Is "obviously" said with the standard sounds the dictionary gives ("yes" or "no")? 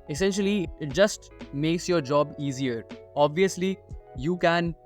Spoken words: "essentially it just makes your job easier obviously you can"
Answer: yes